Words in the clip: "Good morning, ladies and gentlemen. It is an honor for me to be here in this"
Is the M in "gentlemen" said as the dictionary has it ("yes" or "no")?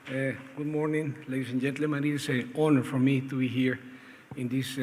no